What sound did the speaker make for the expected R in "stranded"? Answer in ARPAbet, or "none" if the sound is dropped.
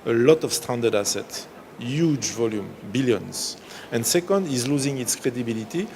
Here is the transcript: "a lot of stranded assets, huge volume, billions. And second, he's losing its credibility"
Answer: none